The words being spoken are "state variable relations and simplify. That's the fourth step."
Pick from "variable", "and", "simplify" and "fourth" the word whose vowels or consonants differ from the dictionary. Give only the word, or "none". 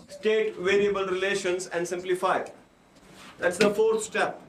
fourth